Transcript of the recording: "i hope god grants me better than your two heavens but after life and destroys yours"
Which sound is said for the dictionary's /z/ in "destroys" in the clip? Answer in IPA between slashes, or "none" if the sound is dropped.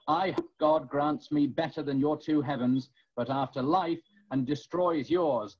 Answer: /z/